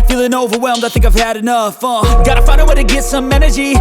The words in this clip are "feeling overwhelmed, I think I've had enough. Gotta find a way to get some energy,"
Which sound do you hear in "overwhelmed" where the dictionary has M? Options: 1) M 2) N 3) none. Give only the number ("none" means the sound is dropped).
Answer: 1